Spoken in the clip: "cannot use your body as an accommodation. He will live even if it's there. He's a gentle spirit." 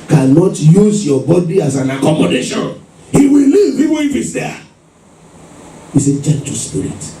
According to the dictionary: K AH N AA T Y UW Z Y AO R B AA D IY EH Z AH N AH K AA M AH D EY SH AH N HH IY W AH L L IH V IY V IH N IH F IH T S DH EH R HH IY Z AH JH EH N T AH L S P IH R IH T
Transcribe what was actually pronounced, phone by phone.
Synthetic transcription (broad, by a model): K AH N AA T Y UW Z Y AO B AA D IY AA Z AH N AH K AA M AH D EY SH AH N HH IY W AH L L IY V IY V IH IH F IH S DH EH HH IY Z AH CH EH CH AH S P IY R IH T